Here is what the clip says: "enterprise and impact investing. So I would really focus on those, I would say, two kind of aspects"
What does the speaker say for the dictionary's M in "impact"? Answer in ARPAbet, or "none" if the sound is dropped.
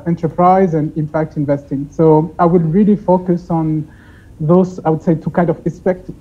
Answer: M